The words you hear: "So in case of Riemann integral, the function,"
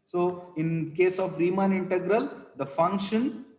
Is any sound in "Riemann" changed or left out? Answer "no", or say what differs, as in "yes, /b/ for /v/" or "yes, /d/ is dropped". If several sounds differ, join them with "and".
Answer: no